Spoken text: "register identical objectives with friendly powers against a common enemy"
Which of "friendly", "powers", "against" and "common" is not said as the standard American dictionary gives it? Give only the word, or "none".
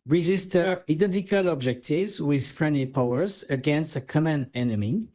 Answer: none